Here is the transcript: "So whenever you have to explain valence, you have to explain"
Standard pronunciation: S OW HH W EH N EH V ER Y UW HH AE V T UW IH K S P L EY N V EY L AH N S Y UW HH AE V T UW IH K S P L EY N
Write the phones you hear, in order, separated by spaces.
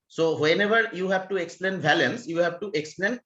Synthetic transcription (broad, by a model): S OW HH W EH N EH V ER Y UW HH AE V T UW IH K S P L EY N B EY L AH N S Y UW HH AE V T UW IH K S P L EY N